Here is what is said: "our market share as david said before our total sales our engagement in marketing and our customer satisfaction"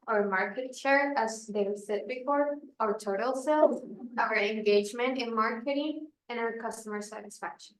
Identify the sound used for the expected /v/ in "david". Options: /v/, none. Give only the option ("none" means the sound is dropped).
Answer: none